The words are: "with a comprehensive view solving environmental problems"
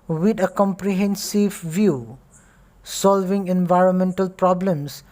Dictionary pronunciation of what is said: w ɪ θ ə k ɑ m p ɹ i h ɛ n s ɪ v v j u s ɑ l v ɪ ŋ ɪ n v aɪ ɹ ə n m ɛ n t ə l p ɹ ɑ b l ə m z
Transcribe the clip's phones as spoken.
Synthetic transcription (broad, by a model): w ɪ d ə k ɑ m p ɹ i h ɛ n s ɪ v v j u s ɑ l v ɪ ŋ ɪ n v aɪ ɹ ə n m ɛ n t ə l p ɹ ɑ b l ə m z